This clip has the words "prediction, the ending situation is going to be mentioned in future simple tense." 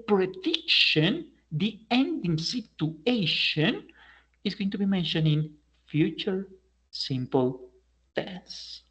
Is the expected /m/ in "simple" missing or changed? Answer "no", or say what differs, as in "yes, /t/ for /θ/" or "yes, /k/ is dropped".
no